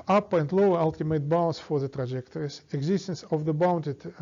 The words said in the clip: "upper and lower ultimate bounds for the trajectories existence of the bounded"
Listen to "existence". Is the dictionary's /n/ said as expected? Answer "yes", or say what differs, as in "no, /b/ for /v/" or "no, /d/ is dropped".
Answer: yes